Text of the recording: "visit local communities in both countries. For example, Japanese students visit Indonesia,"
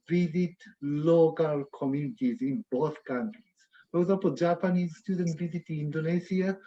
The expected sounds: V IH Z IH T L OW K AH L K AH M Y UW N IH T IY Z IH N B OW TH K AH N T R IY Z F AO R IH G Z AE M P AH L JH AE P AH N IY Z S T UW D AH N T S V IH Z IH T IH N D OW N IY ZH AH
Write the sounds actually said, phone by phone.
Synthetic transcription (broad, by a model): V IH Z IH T L OW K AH L K AH M Y UW N IH T IY Z IH N B OW TH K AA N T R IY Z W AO W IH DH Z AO P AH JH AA P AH N IY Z S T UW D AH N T V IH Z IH T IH N D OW N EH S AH